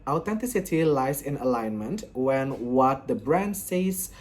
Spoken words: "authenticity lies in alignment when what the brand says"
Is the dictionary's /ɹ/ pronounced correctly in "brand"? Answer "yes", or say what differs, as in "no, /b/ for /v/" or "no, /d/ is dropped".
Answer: yes